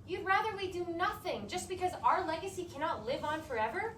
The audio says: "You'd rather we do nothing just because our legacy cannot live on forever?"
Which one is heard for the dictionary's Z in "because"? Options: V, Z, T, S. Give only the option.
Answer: Z